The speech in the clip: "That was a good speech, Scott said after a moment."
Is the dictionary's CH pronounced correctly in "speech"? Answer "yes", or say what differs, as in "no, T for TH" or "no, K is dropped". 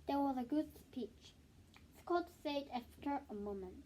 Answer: yes